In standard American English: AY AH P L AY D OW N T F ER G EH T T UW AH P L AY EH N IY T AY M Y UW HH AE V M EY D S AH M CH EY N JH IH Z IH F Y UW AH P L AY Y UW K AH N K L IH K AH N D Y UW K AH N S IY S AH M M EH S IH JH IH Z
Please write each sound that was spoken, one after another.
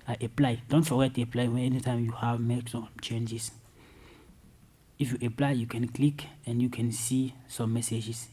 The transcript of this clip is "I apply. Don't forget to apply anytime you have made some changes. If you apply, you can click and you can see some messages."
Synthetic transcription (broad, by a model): AY AH P L AY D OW N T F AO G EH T T UW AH P L AY EH N IY T AY M Y UW HH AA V M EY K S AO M CH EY N JH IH S IH F Y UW AH P L AY Y UW K AH N K L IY K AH N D Y UW K AH N S IY S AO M M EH S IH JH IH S